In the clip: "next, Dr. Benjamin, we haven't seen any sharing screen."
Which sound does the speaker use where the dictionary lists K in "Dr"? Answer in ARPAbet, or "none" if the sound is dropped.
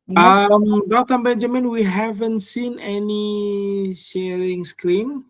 none